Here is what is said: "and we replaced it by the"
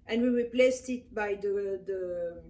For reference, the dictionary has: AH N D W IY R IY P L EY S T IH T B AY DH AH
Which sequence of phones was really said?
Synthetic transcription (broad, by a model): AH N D W IY R IY P L EY S T IH T B AY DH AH